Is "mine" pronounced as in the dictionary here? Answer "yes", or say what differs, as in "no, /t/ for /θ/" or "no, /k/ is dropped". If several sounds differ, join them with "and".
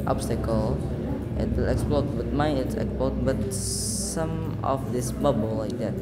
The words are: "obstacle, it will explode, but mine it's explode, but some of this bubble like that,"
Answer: no, /n/ is dropped